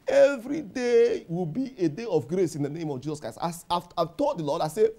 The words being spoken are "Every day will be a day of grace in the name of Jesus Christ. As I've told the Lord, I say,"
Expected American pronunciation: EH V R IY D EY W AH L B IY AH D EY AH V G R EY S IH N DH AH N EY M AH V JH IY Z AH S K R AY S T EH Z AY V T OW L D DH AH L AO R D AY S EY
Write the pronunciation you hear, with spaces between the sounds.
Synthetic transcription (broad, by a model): EH V R IY D EY W AH L B IY AH D EY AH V G R EY S IH N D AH N EY M AH V JH IY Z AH S K R AY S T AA S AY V T OW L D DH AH L AO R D AY S EY